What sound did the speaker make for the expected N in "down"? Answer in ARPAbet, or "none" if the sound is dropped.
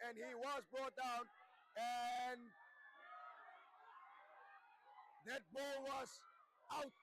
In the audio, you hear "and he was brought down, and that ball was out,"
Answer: N